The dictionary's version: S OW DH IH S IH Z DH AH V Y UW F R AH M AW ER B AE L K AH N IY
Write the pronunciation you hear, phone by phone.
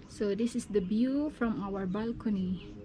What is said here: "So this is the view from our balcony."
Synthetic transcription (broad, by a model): S OW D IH S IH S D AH B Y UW F R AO M AW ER B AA L K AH N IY